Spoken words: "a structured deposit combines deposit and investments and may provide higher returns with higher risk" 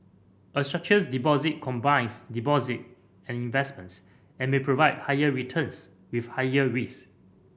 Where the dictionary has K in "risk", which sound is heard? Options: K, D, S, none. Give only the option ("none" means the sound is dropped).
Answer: none